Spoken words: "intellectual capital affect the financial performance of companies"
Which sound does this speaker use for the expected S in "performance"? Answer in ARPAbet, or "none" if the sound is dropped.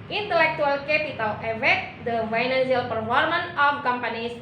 none